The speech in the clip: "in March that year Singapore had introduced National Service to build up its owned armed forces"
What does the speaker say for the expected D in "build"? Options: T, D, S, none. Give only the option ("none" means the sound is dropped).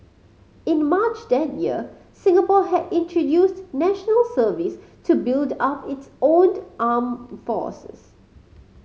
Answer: D